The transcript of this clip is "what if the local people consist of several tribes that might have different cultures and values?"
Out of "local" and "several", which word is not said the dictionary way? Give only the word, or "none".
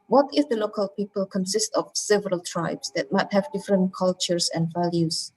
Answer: none